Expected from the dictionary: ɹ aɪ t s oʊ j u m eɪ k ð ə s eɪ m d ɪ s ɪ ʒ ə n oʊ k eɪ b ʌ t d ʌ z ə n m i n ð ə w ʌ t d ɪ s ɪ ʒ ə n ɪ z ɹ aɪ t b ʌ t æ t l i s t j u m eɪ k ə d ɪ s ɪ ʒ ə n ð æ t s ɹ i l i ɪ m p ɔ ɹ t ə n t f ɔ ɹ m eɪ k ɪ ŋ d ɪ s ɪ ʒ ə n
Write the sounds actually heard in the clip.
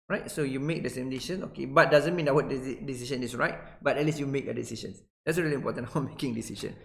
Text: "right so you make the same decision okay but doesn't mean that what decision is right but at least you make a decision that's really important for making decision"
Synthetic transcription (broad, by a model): ɹ aɪ t s oʊ j u m eɪ k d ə s eɪ m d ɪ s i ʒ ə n oʊ k eɪ b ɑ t d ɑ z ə n m i n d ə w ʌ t d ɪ s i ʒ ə n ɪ s ɹ aɪ t b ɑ t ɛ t l i s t j u m eɪ k ə d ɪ s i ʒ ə n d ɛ t s ɹ i l i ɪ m p ɔ t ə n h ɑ w m eɪ k ɪ ŋ d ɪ s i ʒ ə n